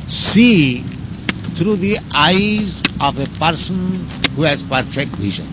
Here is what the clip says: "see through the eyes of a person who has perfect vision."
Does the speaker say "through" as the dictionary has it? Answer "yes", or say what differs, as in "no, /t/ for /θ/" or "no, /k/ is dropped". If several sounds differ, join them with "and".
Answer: no, /t/ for /θ/